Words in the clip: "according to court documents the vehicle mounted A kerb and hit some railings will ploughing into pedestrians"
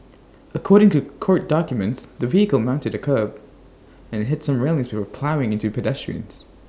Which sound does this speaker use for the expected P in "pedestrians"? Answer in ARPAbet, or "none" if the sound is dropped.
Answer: P